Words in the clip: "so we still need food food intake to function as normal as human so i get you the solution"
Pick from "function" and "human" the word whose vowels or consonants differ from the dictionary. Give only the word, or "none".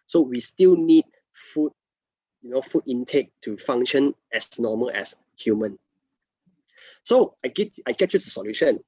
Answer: function